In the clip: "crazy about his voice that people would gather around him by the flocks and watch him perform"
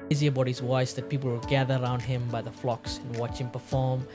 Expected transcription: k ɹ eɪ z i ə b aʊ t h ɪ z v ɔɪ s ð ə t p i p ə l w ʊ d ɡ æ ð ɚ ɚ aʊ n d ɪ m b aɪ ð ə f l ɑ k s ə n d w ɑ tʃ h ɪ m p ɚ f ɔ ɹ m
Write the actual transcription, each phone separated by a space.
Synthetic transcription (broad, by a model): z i ə b aʊ t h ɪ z w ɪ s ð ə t p i p l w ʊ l ɡ æ ð ɚ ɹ aʊ n d ɪ m b aɪ ð ə f l ɑ k s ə n w ɑ tʃ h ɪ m p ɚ f ɔ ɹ m